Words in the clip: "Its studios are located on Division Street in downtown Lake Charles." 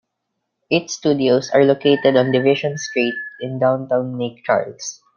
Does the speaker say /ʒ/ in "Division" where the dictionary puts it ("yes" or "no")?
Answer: no